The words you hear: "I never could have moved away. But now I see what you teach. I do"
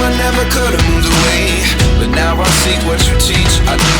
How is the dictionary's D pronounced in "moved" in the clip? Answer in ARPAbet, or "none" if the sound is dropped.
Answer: none